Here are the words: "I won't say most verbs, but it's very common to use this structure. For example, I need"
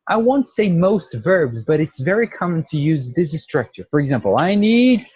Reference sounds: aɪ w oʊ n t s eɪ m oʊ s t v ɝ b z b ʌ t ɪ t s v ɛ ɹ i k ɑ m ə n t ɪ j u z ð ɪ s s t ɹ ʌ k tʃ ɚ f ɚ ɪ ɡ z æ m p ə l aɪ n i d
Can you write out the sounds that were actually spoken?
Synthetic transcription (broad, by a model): aɪ w oʊ n t s eɪ m oʊ s t v ɝ b z b ʌ t ɪ t s v ɛ ɹ i k ɑ m ə n t ɪ j u z ð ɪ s s t ɹ ʌ k tʃ ɚ f ɚ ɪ ɡ z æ m p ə l aɪ n i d